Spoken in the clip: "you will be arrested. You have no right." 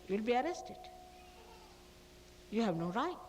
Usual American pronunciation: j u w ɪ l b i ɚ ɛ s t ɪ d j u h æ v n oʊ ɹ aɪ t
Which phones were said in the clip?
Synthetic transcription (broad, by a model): j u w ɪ l b i ɚ ɛ s t ɪ d j u h æ v n oʊ ɹ aɪ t